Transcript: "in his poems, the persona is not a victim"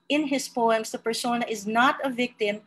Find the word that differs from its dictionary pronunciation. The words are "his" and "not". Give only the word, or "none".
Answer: his